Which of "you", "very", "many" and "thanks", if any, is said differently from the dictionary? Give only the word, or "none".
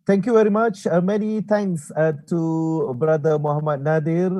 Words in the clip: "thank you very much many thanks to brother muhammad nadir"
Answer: thanks